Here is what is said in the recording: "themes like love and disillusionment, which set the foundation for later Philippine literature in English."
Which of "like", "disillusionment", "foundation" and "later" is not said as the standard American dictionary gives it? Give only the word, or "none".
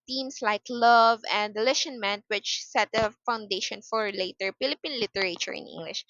disillusionment